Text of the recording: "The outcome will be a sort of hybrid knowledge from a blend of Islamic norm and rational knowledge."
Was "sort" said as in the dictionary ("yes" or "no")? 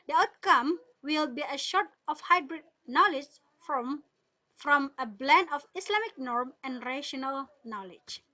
no